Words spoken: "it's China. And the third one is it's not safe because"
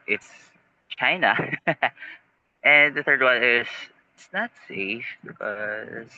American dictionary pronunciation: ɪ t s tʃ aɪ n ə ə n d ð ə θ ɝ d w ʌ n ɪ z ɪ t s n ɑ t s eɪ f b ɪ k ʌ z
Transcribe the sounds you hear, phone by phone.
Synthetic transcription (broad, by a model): ɪ t s tʃ aɪ n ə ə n ð ə θ ɝ d w ʌ n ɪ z ɪ t s n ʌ t s eɪ f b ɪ k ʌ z